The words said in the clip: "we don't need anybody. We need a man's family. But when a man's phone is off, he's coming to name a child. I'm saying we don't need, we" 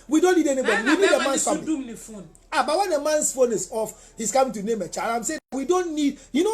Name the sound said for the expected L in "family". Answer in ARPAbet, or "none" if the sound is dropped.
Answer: N